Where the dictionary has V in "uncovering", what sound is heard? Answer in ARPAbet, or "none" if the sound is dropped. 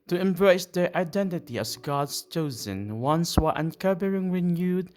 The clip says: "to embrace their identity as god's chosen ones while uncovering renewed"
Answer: B